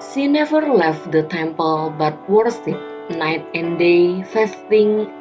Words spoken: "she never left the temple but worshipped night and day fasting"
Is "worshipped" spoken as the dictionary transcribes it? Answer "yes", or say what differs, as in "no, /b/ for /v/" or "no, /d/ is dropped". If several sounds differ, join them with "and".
no, /s/ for /ʃ/